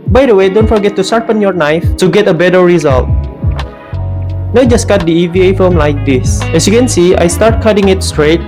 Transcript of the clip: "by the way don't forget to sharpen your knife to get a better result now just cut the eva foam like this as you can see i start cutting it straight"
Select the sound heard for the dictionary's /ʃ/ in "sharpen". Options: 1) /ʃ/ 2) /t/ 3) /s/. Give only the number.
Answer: 3